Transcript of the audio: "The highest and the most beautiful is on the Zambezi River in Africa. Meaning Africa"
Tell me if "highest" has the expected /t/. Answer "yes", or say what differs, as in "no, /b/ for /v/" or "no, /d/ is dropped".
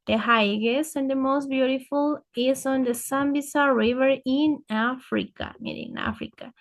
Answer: no, /t/ is dropped